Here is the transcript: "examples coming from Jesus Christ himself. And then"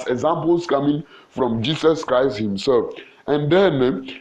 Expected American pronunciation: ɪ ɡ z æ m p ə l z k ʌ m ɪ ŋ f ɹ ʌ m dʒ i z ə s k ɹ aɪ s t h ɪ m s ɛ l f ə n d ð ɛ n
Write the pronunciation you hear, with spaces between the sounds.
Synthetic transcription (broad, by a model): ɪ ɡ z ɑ m p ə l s k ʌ m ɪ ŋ f ɹ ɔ m dʒ i s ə s k ɹ aɪ s t h ɪ m s ɛ l f ə n d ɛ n